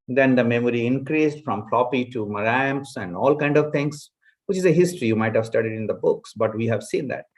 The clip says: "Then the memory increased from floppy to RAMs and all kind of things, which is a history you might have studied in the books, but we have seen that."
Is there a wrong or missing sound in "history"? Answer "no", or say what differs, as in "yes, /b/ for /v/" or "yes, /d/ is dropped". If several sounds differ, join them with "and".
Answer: no